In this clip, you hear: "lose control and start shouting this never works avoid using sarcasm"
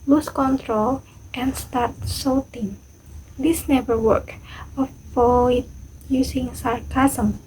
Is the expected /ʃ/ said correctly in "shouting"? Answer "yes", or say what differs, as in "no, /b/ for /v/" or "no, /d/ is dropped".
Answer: no, /s/ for /ʃ/